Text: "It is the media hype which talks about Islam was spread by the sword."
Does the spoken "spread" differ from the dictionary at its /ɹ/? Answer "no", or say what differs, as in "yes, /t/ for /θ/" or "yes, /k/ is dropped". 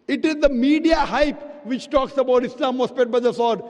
yes, /ɹ/ is dropped